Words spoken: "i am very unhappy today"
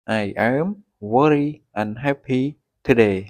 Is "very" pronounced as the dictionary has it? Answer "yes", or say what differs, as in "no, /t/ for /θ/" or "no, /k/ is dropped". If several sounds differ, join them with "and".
no, /w/ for /v/